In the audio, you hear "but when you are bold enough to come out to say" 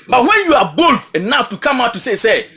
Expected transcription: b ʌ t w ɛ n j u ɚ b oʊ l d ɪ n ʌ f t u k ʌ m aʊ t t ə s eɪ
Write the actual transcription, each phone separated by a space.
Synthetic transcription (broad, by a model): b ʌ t w ɛ n j u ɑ b oʊ l d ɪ n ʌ f t u k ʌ m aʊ t s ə s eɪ